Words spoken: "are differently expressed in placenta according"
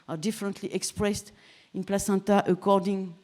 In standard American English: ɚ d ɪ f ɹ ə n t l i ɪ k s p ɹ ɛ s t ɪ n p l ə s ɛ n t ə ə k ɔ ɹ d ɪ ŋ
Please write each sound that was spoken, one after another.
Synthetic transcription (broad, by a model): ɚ d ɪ f ɹ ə n t l i ɪ k s p ɹ ɛ s t ɪ n p l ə s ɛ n t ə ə k ɔ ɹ d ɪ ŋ